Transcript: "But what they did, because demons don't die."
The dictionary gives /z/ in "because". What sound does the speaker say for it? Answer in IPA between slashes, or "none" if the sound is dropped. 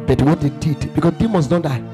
none